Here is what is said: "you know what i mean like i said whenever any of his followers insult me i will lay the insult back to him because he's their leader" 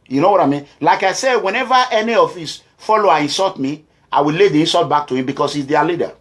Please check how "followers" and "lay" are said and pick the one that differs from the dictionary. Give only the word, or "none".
followers